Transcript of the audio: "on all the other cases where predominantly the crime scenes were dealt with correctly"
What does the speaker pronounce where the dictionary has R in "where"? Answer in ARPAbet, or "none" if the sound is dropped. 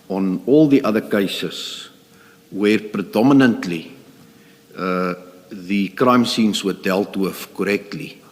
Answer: R